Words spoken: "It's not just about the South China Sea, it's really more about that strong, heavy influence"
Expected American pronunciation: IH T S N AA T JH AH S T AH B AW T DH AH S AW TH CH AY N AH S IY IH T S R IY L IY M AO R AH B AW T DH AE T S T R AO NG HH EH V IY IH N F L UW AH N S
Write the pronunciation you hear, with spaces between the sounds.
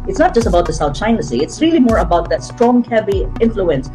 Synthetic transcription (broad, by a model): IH T S N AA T JH AH S T AH B AW T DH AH S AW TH CH AY N AH S IY IH T S R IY L IY M AO R AH B AW T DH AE T S T R AO NG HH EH B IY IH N F L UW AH N S